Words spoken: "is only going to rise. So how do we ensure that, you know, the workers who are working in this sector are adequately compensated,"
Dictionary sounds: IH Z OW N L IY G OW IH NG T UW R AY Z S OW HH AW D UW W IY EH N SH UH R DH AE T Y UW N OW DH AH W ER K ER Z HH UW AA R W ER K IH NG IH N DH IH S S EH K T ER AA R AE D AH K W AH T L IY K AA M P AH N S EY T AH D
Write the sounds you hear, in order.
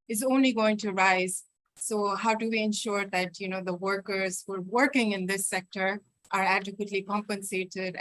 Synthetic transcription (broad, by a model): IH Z OW N L IY G OW IH NG T UW R AY Z S OW HH AW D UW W IY EH N SH UH R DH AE T Y UW N OW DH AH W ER K ER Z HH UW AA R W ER K IH NG IH N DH IH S S EH K T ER AA R AE D AH K W AH T L IY K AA M P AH N S EY T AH D